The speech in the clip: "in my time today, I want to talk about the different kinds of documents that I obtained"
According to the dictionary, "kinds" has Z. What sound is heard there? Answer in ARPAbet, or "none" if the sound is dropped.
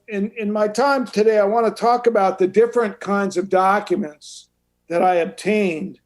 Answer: Z